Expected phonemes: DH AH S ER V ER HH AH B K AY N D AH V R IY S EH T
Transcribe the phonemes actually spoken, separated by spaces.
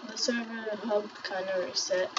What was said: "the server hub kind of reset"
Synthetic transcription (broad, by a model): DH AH S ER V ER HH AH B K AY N AH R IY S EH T